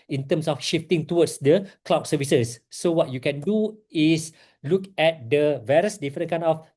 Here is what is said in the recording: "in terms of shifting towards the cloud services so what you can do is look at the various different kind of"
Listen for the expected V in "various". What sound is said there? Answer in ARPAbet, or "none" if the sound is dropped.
V